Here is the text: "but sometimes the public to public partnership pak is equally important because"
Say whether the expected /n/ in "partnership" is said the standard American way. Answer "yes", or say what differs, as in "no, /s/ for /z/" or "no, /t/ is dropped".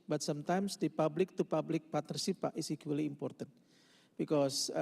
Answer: no, /n/ is dropped